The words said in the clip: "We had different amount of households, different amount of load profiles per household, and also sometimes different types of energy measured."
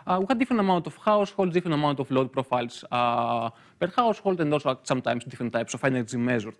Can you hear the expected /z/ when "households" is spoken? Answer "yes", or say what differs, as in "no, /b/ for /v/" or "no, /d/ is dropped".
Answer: no, /z/ is dropped